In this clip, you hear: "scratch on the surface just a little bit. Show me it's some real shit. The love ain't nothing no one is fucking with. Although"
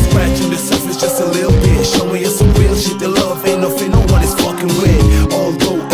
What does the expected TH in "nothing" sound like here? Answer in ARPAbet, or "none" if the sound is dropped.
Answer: F